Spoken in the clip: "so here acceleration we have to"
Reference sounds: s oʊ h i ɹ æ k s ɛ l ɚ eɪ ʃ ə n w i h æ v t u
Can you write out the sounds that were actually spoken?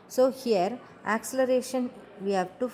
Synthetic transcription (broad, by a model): s oʊ h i ɹ æ k s ɛ l ɚ eɪ ʃ ə n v i h æ v t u